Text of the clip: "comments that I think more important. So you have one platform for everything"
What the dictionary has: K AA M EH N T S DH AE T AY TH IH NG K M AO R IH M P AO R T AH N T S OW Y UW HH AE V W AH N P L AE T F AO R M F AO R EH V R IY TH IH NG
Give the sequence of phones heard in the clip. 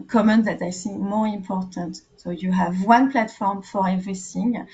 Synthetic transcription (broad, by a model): K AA M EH N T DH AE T AY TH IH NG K M AO R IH M P AO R T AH N T S OW Y UW HH AE V W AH N P L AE T F AO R M F AO R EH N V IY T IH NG